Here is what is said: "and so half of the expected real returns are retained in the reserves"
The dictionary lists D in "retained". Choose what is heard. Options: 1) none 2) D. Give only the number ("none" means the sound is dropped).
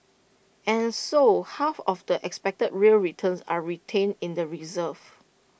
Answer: 1